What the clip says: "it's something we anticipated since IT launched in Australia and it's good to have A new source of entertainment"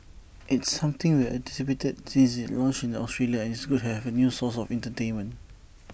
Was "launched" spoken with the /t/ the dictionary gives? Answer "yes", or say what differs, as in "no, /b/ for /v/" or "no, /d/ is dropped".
no, /t/ is dropped